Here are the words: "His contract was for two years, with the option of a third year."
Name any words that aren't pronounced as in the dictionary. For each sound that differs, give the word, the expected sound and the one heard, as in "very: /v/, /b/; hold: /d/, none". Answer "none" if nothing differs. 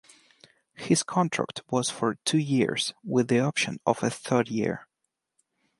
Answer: none